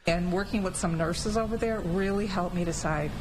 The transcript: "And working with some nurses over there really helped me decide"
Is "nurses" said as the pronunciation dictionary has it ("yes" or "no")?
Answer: yes